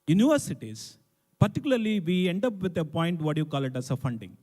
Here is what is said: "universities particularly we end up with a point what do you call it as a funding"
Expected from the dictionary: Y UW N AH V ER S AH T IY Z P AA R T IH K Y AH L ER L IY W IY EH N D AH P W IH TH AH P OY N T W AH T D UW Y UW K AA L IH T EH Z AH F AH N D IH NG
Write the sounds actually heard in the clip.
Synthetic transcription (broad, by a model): Y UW N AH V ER S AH T IY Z P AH R T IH K Y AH L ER L IY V IY EH N D AH P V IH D AH P OY N T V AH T Y UW K AA L IH T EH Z AH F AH N D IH NG